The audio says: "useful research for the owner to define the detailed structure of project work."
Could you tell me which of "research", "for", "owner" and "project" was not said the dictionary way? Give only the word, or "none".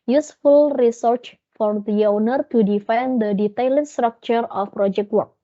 none